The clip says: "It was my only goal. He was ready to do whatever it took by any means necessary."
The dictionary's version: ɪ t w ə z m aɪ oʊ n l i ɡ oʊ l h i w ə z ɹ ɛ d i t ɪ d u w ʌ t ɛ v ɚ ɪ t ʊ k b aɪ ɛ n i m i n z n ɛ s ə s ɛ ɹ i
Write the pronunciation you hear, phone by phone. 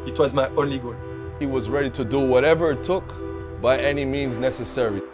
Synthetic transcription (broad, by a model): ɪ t w ə z m aɪ oʊ n l i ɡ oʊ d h i w ə z ɹ ɛ d i t ɪ d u w ʌ t ɛ v ɚ ɪ t ʊ k b aɪ ɛ n i m i n z n ɛ s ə s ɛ ɹ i